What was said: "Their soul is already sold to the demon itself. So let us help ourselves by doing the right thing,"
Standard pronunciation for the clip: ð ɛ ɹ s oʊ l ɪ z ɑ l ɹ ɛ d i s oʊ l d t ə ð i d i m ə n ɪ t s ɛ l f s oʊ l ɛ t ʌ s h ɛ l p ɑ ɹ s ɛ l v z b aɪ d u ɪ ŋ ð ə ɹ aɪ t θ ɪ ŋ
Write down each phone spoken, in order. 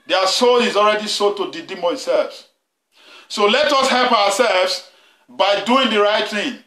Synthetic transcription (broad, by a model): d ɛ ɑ s oʊ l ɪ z ɑ l ɹ ɛ d i s oʊ t ə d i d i m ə ɪ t s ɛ l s s oʊ l ɛ t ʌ s h ɛ l p ɑ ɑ s ɛ l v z b aɪ d u ɪ ŋ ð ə ɹ aɪ t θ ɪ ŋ